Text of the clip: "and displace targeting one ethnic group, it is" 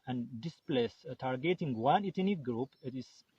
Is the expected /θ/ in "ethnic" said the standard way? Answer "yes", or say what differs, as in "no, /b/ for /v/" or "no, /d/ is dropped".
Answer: no, /t/ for /θ/